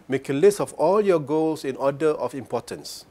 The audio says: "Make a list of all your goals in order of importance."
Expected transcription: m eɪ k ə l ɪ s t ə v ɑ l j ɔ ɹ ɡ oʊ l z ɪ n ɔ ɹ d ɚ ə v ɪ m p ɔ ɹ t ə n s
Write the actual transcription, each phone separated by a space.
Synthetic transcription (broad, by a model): m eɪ k ə l ɪ s t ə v ɑ l j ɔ ɡ oʊ l s ɪ n ɔ d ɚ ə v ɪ m p ɔ t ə n s